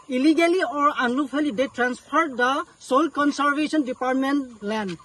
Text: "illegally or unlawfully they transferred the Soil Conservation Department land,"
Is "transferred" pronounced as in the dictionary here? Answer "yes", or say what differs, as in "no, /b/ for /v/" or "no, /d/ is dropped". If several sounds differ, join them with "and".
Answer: no, /p/ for /f/